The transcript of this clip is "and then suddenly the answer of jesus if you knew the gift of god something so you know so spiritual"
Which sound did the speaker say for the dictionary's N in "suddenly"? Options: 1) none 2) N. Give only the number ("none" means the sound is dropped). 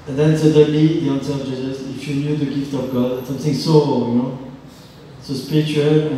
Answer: 1